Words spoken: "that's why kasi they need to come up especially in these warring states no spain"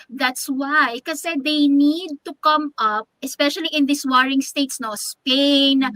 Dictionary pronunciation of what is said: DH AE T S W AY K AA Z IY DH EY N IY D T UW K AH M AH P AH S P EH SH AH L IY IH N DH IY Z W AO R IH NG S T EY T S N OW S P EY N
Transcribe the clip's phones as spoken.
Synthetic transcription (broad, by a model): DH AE T S W AY K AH S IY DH EY N IY D T UW K AH M AH P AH S P EH SH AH L IY IH N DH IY S W AO R IH NG S T EY T S N OW S P EY N